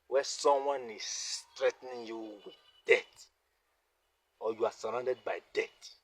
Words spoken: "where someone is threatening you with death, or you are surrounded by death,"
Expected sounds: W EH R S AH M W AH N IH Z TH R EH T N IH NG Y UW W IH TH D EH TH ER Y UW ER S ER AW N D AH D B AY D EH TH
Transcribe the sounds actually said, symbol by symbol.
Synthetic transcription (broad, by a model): W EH S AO M W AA N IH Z S R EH T N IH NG Y UW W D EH T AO Y UW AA S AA AW N D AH D B AY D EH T